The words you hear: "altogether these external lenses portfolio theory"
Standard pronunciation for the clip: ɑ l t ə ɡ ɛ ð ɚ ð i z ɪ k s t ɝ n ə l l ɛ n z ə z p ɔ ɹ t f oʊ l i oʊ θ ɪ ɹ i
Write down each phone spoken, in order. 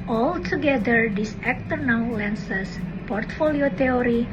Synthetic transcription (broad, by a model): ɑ l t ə ɡ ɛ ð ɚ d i s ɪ k t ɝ n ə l l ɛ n s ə s p ɔ ɹ t f oʊ l i oʊ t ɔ ɹ i